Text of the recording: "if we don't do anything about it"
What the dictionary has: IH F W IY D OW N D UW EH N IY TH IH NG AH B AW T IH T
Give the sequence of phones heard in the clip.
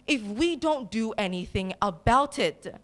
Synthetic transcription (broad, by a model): IH F W IY D OW N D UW EH N IY TH IH NG AH B AW T IH T